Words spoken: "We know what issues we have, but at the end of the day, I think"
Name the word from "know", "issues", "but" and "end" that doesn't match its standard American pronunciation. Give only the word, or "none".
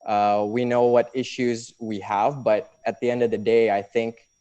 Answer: none